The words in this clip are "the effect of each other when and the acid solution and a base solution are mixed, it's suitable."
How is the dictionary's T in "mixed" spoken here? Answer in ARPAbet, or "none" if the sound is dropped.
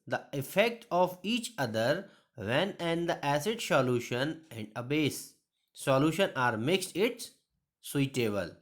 T